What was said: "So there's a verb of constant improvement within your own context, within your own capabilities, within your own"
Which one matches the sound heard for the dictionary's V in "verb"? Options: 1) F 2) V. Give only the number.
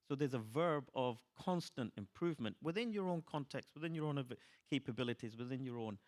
2